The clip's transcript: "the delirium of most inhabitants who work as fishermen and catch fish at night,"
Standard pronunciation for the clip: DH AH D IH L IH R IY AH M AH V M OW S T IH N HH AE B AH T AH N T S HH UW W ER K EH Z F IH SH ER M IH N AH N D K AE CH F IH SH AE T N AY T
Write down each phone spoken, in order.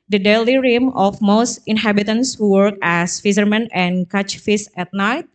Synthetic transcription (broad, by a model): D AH D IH L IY R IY M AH F M OW S T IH N HH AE B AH T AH N S W ER K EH S F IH S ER M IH N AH N K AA CH F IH S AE T N AY T